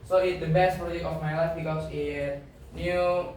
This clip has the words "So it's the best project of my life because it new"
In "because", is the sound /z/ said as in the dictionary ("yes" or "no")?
no